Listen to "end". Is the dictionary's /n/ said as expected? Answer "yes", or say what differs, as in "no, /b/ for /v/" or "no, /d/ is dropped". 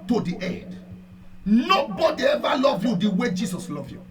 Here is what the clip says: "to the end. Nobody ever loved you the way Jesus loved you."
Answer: no, /n/ is dropped